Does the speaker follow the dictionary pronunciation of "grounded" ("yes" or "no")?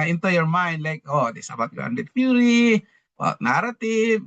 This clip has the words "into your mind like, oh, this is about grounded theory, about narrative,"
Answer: no